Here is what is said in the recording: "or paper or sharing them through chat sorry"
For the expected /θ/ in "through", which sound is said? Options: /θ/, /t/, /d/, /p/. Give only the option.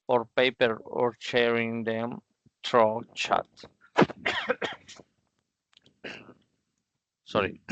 /t/